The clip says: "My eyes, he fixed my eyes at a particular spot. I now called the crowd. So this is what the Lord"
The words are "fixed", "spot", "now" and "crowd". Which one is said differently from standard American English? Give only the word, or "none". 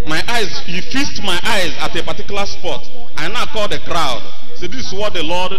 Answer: fixed